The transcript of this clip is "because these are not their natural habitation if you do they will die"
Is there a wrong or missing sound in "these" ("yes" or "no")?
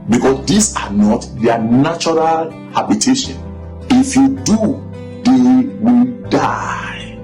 yes